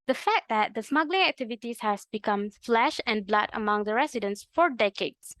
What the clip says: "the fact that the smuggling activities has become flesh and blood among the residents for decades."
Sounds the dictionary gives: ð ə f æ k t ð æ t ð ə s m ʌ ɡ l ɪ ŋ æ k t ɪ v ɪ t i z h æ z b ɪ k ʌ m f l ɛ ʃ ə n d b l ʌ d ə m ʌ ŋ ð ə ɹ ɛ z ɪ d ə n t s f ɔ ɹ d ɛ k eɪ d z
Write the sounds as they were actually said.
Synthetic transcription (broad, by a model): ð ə f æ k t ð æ t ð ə s m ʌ ɡ l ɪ ŋ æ k t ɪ v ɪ t i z h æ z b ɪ k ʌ m f l ɛ ʃ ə n b l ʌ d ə m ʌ ŋ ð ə ɹ ɛ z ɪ d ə n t s f ɔ ɹ d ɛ k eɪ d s